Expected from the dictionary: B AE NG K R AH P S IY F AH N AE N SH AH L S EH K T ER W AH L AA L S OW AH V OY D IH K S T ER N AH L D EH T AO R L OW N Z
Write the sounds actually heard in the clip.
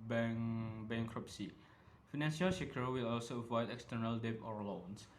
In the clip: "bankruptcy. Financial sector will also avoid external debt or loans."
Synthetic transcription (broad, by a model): B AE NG K R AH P S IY F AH N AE N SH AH L SH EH K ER W AH L AA L S OW AH V OY D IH K S T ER N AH L D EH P AO R L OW N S